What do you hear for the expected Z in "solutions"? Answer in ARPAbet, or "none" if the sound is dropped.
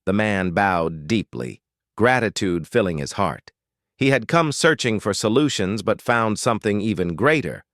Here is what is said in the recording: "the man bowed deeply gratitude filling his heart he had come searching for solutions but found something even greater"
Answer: Z